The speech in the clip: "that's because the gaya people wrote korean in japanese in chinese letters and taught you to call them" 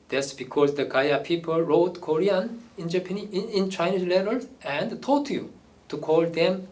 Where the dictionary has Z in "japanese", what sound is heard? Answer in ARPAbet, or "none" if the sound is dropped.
none